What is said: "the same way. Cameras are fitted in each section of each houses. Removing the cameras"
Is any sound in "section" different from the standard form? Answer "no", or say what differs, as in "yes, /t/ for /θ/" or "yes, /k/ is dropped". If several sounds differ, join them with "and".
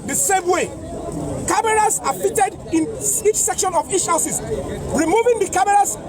no